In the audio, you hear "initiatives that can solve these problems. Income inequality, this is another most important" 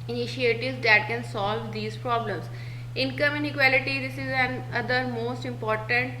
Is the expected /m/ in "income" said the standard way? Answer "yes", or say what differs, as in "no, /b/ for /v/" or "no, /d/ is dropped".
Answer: yes